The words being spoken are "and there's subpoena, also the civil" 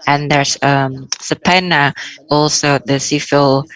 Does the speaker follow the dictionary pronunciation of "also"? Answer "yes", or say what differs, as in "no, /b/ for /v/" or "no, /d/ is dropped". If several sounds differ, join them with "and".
yes